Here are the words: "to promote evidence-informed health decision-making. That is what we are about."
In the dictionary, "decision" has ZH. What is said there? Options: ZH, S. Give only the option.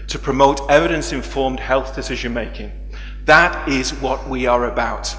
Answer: ZH